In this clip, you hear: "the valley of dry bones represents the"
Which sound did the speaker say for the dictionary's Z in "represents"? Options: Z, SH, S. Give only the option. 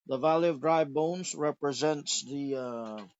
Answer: Z